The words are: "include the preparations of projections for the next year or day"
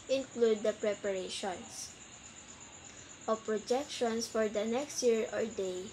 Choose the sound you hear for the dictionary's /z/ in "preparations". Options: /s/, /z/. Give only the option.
/s/